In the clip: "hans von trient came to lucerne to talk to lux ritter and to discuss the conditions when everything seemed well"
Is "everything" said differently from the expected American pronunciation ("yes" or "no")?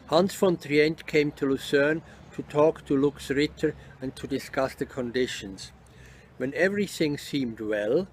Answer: no